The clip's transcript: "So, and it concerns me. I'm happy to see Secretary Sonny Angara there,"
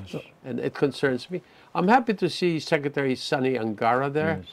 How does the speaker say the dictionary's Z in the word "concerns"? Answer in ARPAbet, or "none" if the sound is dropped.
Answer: Z